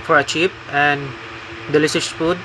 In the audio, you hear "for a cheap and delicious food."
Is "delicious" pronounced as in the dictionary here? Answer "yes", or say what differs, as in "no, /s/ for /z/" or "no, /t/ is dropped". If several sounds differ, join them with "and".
no, /s/ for /ʃ/